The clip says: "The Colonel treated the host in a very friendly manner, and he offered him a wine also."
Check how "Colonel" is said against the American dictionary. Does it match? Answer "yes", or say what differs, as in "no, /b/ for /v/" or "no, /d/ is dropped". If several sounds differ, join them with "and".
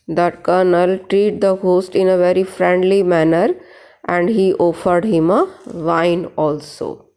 yes